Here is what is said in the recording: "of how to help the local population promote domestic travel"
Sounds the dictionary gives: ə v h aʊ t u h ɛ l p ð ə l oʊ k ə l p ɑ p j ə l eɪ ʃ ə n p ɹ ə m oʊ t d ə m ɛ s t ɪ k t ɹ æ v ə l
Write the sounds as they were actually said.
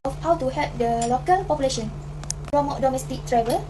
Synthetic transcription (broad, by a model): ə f h aʊ t u h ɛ p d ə l oʊ k ə l p ɑ p j ə l eɪ ʃ ə n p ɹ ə m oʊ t d ə m ɛ s t ɪ k t ɹ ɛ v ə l